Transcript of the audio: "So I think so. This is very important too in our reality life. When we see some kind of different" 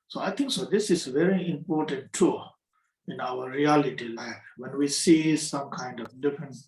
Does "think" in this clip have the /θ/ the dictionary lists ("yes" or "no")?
no